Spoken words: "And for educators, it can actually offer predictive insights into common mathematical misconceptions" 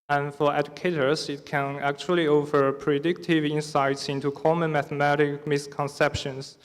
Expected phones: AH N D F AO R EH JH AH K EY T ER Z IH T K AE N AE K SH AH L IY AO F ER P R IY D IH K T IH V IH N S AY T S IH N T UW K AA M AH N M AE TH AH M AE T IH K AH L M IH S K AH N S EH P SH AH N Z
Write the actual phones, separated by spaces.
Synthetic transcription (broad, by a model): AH N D F AO R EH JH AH K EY T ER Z IH T K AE N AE K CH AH L IY AO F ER P R IY D IH K T IH V IH N S AY T S IH N T UW K AA M AH N M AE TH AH M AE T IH K M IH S K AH N S EH P SH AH N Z